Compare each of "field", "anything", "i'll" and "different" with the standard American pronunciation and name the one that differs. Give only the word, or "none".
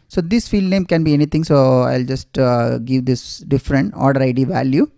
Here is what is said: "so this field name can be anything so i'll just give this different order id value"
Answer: anything